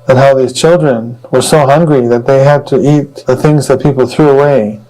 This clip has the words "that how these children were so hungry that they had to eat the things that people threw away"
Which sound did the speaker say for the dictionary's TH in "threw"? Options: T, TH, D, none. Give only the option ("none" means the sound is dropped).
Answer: TH